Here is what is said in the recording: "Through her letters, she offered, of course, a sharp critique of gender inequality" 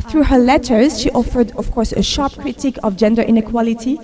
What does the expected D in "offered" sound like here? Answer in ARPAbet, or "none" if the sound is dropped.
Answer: D